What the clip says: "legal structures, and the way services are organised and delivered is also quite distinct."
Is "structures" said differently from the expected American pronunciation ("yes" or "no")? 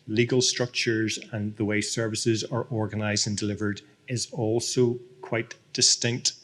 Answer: no